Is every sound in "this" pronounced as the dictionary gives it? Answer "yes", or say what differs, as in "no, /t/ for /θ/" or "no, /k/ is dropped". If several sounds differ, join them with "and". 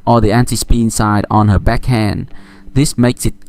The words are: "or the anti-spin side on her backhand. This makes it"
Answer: yes